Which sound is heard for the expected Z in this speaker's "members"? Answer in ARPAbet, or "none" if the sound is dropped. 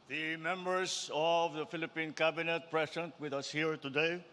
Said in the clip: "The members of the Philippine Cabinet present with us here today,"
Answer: S